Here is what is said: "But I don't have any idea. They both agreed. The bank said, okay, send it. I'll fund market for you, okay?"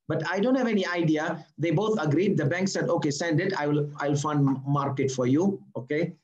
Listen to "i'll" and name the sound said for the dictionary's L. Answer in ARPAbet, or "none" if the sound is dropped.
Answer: L